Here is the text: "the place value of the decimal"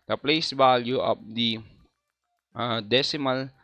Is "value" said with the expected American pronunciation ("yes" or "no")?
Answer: no